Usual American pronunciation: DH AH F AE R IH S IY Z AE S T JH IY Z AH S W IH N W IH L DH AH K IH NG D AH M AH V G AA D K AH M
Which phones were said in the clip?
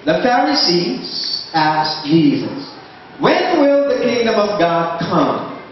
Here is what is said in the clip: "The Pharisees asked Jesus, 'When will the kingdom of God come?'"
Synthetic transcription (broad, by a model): DH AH F AE R IH S IY Z AE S JH IY Z AH S W IH N W IH L DH AH K IH NG D AH M AH V G AA D K AH M